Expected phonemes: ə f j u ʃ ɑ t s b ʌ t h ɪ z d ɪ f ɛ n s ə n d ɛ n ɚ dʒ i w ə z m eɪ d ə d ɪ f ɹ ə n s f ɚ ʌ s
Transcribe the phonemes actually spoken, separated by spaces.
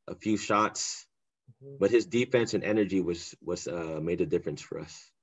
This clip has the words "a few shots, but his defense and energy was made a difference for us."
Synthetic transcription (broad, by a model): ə f j u ʃ ɑ t s b ʌ t h ɪ z d ɪ f ɛ n s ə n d ɛ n ɚ dʒ i w ə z m eɪ d ə d ɪ f ɹ ə n s f ɚ ʌ s